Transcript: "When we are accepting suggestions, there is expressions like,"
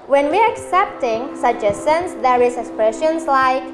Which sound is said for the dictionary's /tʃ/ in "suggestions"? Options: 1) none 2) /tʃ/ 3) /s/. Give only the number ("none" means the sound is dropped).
1